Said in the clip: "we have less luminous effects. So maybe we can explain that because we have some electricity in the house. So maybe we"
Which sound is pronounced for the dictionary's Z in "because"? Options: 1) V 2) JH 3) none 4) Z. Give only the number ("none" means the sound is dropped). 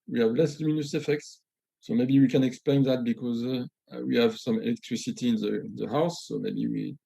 4